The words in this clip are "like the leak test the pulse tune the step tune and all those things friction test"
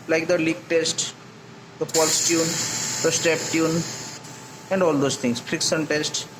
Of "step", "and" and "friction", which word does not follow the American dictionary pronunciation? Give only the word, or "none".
friction